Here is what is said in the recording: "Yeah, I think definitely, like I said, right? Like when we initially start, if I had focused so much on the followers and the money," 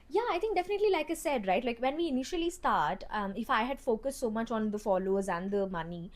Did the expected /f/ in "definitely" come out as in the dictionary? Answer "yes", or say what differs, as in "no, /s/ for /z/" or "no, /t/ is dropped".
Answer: yes